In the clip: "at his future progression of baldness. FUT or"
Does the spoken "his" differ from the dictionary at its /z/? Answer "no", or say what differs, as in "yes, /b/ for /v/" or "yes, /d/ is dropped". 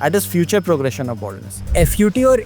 yes, /s/ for /z/